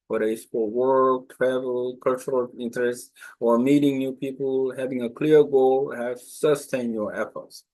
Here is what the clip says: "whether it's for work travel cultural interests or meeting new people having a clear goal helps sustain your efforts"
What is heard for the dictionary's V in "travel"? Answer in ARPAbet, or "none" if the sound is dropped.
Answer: V